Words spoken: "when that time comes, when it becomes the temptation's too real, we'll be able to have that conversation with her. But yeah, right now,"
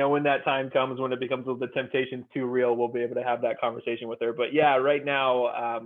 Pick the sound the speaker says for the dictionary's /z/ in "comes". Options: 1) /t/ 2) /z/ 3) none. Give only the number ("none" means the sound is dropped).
2